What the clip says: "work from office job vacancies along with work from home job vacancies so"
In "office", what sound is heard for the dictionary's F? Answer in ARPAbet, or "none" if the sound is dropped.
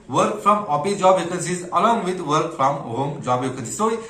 P